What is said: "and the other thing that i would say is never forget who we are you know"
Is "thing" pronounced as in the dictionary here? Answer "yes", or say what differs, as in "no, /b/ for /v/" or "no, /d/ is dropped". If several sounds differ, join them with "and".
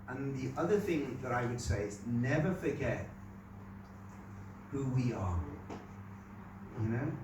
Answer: yes